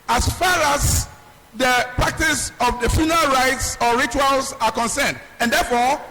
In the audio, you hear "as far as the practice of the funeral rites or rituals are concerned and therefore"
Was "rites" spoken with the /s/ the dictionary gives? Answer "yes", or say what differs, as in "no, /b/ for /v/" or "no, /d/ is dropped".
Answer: yes